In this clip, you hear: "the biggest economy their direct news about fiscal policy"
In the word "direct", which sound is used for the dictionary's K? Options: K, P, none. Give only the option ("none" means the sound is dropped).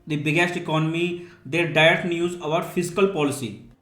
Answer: none